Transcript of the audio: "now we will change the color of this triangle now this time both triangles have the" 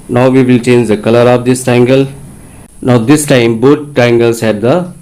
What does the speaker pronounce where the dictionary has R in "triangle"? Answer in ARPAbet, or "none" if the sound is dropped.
none